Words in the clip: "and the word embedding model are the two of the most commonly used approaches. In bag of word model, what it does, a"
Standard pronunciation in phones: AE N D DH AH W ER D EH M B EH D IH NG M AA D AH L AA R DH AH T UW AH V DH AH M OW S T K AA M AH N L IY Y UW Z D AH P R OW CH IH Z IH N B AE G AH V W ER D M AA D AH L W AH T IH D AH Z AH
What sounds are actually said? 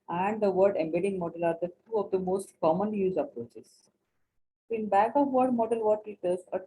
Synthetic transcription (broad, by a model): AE N D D AH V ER D EH M B EH D IH NG M AA D AH L AA R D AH T UW AH V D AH M OW S T K AA M AH N L IY Y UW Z AH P R OW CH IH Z IH N B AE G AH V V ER D M AA D AH L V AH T IH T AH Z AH